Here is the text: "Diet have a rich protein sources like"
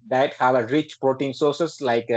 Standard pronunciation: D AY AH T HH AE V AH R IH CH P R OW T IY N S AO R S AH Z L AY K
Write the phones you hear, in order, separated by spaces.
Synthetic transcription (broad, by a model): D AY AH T HH AE V AH R IH CH P R OW T IY N S AO R S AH S L AY K